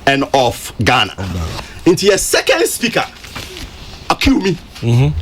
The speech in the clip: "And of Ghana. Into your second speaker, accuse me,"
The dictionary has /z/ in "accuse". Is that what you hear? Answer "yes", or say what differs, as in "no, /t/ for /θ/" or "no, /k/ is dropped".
no, /z/ is dropped